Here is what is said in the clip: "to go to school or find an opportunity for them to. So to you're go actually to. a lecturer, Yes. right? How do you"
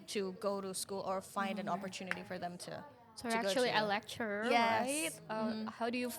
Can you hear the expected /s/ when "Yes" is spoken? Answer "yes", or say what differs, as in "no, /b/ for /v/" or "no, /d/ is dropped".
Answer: no, /s/ is dropped